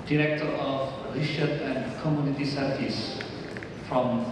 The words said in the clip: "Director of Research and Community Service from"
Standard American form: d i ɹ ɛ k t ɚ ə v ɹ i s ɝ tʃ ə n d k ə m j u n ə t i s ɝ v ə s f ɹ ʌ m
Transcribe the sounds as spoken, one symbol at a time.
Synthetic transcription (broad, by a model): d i ɹ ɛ k t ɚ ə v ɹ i ʃ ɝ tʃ ə n d k ə m j u n ə t i s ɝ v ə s f ɹ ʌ m